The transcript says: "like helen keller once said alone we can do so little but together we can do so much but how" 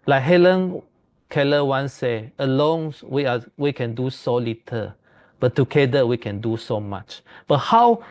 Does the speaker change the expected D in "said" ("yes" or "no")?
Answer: yes